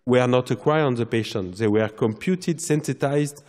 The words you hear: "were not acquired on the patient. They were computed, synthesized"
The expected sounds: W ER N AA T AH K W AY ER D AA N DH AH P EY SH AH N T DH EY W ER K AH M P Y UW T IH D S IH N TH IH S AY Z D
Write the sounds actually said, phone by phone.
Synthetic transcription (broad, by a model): W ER N AA T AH K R AY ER AA N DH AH P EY SH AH N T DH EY W ER K AH M P Y UW T IH D S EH N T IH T AY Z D